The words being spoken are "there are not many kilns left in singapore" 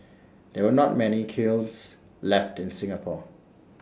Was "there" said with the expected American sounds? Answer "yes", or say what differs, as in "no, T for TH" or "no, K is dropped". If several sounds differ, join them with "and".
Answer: no, W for R